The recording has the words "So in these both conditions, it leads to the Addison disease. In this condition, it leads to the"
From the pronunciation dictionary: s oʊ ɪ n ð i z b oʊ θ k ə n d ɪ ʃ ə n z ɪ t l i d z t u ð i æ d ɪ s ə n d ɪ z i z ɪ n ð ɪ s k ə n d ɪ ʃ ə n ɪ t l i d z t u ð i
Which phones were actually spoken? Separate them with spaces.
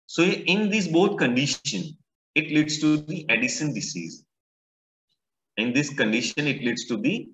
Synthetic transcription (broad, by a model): s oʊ ɪ n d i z b oʊ t k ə n d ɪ ʃ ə n ɪ t l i d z t u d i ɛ d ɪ ʃ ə n d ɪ s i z ɪ n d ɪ s k ə n d ɪ ʃ ə n ɪ t l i d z t u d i